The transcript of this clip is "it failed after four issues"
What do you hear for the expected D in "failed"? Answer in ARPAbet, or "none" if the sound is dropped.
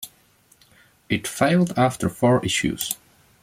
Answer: D